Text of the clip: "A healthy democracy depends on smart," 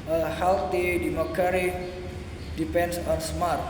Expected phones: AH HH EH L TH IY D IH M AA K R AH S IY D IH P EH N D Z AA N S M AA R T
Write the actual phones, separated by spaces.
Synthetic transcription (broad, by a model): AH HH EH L T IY D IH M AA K AH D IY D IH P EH N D S AA N S M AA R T